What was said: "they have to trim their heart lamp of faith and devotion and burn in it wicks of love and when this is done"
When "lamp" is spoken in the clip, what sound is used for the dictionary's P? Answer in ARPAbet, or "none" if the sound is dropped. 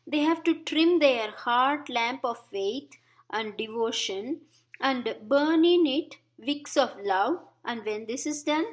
P